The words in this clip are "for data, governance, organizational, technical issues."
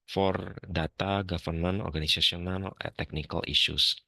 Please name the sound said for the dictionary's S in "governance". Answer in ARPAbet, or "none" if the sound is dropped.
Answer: none